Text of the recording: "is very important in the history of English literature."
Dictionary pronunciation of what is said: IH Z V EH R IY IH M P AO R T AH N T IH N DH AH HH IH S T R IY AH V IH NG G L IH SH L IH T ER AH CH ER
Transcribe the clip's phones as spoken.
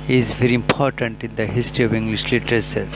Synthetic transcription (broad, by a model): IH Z V EH R IY IH M P AO R T AH N T IH N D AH HH IH S T R IY AH V IH NG G L IH SH L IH T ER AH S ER